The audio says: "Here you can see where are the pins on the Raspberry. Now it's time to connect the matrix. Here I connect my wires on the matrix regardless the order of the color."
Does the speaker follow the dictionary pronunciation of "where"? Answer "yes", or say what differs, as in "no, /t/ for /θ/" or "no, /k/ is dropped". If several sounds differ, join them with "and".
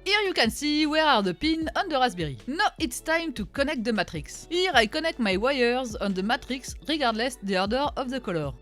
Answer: yes